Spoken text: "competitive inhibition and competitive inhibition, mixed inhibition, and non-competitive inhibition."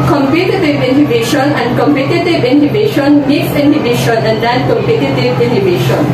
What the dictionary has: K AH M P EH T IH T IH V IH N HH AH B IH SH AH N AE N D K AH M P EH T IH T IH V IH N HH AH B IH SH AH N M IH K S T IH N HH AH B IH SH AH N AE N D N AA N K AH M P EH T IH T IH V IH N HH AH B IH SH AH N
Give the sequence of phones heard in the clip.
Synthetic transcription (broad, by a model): K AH M P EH T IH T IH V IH N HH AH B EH SH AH N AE N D K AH M P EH T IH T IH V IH N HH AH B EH SH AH N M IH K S IH N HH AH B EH SH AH N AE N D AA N K AH M P EH T IH T IH V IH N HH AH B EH SH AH N